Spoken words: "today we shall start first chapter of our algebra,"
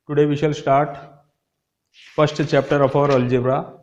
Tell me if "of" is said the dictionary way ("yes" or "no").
no